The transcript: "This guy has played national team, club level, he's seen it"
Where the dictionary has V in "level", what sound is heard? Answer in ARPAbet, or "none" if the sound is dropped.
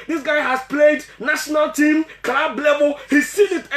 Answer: B